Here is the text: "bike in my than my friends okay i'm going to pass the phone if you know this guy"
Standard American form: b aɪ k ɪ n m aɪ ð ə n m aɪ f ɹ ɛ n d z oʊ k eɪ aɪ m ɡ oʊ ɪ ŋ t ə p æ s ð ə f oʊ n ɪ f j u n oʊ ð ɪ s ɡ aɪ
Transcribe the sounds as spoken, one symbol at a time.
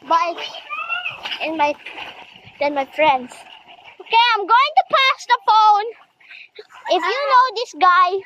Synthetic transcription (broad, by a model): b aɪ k ɪ n m aɪ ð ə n m aɪ f ɹ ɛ n d s oʊ k eɪ aɪ m ɡ oʊ ɪ ŋ t ə p æ s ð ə f oʊ n ɪ f j u n oʊ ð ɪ s ɡ aɪ